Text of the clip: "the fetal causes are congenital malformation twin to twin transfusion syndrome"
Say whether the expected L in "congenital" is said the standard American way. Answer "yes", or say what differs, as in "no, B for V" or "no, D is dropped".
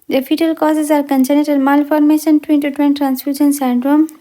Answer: no, N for L